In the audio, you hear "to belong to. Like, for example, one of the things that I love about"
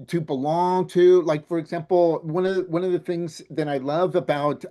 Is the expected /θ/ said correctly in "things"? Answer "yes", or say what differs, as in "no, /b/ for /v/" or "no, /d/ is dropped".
yes